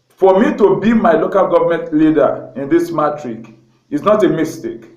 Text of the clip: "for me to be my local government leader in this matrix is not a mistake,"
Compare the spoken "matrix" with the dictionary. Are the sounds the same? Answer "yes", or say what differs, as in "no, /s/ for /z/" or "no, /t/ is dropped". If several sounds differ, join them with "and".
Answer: no, /s/ is dropped